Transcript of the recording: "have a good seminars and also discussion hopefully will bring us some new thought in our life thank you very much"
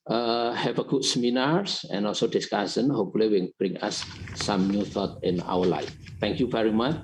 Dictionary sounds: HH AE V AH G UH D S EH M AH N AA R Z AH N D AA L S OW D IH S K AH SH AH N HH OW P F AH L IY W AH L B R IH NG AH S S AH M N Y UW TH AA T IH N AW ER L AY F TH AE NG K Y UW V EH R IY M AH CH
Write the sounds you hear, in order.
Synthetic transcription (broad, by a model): HH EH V AH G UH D S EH M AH N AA R S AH N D AA L S OW D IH S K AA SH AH N HH OW P F AH L IY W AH N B R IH NG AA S S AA M N Y UW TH AA T IH N AW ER L AY F T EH NG K Y UW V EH R IY M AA CH